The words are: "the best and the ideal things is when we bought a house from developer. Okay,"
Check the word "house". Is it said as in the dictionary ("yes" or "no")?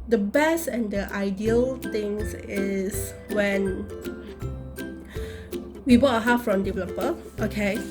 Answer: no